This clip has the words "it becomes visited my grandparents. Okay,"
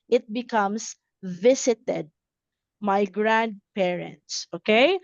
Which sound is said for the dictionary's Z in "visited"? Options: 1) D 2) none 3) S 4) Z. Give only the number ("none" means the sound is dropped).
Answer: 3